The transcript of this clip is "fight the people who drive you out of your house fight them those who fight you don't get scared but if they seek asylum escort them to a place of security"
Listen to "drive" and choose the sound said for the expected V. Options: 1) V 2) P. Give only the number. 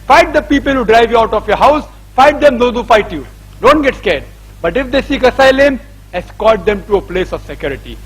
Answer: 1